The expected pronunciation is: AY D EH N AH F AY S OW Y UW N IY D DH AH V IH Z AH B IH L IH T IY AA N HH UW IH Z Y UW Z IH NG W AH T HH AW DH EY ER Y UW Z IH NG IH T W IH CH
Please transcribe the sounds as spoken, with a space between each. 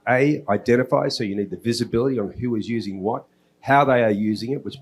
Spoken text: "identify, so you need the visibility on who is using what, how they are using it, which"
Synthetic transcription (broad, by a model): AY D EH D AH F AY S OW Y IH N IY D DH AH V IH Z AH B IH L IH T IY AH N HH UW IH Z Y UW Z IH NG W AH T HH AW DH EY ER Y UW Z IH NG IH T W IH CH